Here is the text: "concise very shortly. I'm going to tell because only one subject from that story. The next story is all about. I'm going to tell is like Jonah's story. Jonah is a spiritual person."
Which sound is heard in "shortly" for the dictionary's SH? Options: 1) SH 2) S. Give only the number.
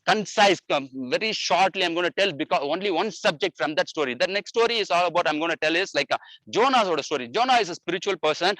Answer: 1